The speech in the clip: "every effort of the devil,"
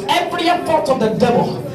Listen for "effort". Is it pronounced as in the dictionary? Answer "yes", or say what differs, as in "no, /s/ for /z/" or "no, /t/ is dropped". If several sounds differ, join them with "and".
no, /p/ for /f/